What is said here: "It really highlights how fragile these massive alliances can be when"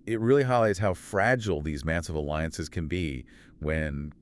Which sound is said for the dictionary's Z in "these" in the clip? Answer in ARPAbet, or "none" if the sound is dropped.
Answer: Z